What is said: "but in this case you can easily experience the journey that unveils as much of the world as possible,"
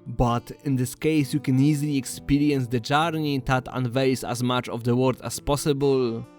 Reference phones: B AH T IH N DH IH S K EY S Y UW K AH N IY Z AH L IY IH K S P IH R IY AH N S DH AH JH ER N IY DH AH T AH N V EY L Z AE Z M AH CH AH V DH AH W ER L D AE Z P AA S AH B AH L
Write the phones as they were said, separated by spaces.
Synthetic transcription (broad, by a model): B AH T IH N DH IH S K EY S Y UW K AH N IY Z AH L IY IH K S P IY R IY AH N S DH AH JH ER N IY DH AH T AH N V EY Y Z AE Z M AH CH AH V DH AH W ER D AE S P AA S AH B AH L